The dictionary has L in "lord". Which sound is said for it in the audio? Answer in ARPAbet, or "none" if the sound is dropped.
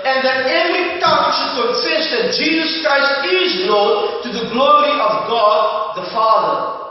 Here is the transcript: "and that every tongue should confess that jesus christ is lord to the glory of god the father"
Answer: N